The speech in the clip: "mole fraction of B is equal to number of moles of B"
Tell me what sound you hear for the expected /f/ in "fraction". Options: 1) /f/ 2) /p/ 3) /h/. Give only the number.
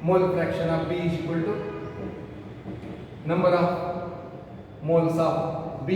2